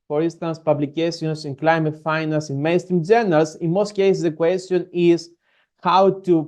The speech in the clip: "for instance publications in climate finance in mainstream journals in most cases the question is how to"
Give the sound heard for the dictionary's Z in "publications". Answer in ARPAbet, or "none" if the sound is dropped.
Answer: S